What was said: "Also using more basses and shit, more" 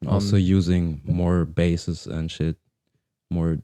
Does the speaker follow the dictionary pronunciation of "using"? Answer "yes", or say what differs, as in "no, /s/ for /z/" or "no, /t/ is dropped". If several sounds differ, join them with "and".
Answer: yes